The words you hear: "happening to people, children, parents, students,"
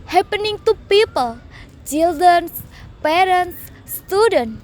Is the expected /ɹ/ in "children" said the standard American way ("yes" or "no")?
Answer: no